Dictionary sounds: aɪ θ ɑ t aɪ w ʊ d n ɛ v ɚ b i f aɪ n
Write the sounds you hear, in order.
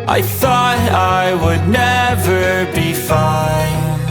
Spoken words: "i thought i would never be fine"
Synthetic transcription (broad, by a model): aɪ θ ɑ t aɪ w ʊ d n ɛ v ɚ b i f aɪ n